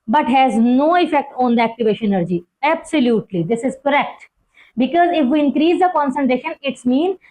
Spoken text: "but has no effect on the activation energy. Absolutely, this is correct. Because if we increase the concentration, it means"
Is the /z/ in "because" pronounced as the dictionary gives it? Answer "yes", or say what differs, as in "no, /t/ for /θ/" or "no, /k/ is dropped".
yes